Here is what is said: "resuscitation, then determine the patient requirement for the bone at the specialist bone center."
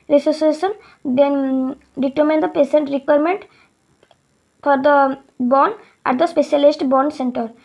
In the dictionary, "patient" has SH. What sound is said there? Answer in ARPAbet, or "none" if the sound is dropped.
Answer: S